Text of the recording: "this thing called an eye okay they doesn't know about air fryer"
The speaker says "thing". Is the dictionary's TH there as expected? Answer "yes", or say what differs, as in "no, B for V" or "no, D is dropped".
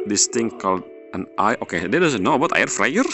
no, T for TH